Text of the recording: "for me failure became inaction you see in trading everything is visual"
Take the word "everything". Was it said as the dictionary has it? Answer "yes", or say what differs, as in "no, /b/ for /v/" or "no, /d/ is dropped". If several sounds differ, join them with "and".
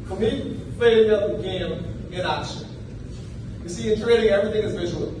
yes